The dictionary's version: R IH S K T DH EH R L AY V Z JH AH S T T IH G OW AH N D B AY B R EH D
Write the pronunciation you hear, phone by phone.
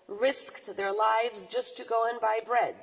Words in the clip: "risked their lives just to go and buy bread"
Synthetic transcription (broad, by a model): R IH S K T DH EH R L AY V Z JH AH S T T IH G OW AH N B AY B R EH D